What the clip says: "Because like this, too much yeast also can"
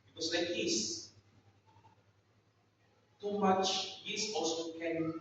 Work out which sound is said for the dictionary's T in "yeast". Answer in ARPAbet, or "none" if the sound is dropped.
none